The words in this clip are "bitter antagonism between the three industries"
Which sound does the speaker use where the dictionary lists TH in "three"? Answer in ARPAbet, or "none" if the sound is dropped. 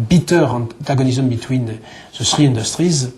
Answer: S